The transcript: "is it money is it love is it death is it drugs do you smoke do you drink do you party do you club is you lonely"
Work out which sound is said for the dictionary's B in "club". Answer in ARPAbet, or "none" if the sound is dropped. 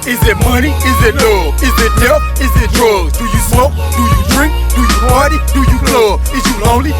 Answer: none